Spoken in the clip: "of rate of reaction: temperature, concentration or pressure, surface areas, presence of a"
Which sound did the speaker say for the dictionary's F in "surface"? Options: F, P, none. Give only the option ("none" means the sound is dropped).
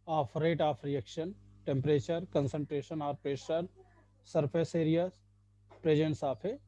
P